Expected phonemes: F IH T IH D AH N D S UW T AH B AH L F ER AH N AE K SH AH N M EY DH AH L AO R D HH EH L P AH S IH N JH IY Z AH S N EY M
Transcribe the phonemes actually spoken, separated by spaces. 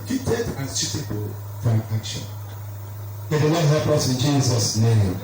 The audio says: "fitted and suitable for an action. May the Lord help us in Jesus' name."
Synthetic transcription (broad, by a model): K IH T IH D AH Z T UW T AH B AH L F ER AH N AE K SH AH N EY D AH N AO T HH EH L P AH S IH N JH IY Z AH S N EY M